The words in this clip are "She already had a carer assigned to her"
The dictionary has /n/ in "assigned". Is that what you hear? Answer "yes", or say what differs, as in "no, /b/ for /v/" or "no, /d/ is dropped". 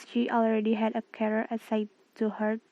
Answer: no, /n/ is dropped